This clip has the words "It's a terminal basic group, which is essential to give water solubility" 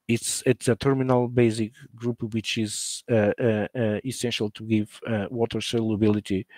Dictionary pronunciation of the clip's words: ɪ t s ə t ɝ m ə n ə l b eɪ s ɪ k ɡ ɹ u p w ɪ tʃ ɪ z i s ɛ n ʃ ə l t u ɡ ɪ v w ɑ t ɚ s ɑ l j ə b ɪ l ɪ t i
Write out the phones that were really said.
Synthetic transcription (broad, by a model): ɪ t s ə t ɝ m ə n ə l b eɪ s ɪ k ɡ ɹ u p w ɪ tʃ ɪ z i s ɛ n ʃ ə l t u ɡ ɪ v w ɑ t ɚ s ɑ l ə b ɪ l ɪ t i